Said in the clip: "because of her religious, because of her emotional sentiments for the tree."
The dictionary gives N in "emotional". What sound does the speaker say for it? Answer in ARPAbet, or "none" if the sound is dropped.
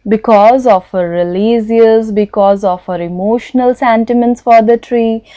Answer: N